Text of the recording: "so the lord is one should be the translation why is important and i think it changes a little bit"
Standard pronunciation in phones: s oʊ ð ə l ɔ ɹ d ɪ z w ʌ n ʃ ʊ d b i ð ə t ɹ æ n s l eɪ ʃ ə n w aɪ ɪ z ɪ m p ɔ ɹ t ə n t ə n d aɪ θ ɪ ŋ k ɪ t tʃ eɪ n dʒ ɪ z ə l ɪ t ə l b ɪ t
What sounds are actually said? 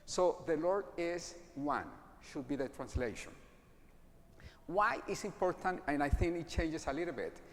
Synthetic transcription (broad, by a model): s oʊ ð ə l ɔ ɹ d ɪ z w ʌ n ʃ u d b i ð ə t ɹ æ n s l eɪ ʃ ə n w aɪ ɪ s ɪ m p ɔ ɹ t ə n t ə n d aɪ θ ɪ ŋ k ɪ t tʃ eɪ n dʒ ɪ s ə l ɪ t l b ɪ t